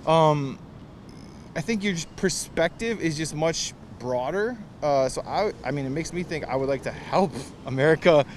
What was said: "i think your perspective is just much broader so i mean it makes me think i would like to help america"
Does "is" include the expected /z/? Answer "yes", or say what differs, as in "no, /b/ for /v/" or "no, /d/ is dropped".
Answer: yes